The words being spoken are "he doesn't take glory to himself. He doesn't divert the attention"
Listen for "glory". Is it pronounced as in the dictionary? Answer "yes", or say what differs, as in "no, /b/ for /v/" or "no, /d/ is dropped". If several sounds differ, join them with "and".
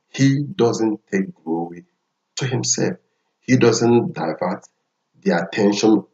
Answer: no, /w/ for /ɹ/